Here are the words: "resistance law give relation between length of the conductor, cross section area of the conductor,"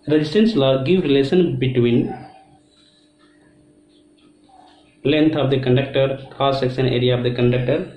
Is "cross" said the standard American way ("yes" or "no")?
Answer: no